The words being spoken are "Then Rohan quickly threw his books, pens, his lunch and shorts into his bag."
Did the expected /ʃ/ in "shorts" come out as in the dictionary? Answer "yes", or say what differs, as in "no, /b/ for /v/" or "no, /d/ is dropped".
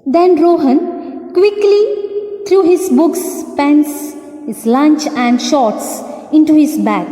yes